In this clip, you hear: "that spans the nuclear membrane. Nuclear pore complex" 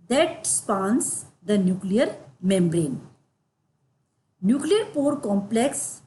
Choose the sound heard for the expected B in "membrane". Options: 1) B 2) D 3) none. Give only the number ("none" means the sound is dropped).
1